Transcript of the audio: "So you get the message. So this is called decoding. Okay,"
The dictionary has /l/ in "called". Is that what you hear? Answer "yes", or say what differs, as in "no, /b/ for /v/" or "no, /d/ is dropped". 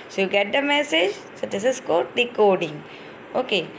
no, /l/ is dropped